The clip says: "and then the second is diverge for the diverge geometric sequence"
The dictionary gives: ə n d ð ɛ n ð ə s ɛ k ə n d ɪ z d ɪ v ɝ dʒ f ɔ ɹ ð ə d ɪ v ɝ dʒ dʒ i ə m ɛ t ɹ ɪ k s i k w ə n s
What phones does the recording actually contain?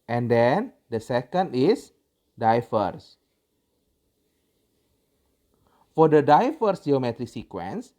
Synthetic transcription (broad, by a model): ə n d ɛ n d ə s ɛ k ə n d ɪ s d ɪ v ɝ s f ɔ ɹ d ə d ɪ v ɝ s dʒ i ə m ɛ t ɹ ɪ k s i k w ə n s